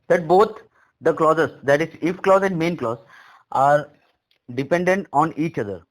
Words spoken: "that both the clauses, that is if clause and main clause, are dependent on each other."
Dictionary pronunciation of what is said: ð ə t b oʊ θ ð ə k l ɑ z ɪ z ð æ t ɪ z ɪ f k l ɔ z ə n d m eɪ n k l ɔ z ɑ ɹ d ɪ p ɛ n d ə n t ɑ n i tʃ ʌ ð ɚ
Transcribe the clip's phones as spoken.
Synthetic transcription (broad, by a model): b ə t b oʊ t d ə k l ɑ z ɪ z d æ t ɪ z ɪ f k l ɔ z ə n d m eɪ n k l ɔ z ɑ ɹ d ɪ p ɛ n d ə n t ɑ n i tʃ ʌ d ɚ